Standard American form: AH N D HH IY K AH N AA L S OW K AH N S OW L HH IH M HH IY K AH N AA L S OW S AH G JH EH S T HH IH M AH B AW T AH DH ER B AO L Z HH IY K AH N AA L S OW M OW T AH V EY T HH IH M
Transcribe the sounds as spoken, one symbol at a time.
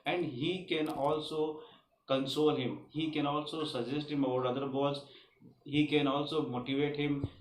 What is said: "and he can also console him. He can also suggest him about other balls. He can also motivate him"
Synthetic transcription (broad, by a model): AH N D HH IY K AH N AA L S OW K AH N S OW L HH IH M HH IY K AH N AA L S OW S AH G JH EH S T HH IH M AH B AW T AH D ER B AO Z HH IY K AH N AA L S OW M OW T AH V EY T HH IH M